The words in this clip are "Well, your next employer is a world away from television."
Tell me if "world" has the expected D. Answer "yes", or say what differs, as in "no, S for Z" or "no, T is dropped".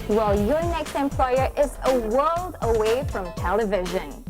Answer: yes